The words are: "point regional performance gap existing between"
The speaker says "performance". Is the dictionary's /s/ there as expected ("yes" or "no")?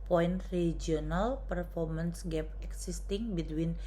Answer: yes